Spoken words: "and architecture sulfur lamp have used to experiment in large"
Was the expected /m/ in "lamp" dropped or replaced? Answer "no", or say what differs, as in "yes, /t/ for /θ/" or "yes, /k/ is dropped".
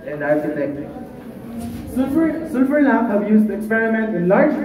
yes, /m/ is dropped